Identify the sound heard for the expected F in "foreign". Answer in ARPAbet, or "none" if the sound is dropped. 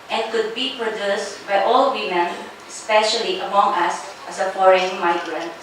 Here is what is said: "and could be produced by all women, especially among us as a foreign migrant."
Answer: P